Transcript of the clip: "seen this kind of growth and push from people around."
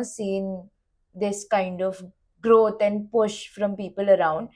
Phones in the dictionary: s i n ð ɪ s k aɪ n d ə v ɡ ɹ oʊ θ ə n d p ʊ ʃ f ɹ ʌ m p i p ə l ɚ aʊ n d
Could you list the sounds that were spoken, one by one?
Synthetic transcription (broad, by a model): s i n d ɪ s k aɪ n d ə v ɡ ɹ oʊ t ə n d p ʊ ʃ f ɹ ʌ m p i p ə l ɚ aʊ n d